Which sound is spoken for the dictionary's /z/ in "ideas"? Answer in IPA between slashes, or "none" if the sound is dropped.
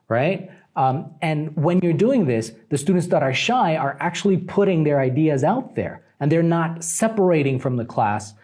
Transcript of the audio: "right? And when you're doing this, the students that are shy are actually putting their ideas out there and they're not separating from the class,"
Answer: /z/